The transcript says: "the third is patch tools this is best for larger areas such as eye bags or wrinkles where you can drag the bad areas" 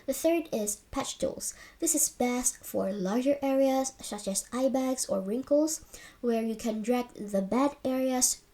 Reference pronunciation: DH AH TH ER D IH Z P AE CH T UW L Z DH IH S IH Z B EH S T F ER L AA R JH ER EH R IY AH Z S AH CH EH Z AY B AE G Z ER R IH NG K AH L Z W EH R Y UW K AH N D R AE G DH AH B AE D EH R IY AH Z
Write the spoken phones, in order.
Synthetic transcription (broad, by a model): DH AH TH ER D IH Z P AE CH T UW L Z DH IH S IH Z B EH S T F ER L AA R JH ER EH R IY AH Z S AH CH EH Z AY B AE G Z ER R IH NG K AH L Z W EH R Y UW K AH N D R AE G DH AH B AE D EH R IY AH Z